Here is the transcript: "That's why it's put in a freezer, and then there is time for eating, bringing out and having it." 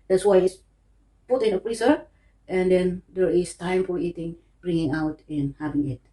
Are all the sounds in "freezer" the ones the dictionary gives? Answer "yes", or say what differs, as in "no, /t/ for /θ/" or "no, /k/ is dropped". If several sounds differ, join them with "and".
no, /p/ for /f/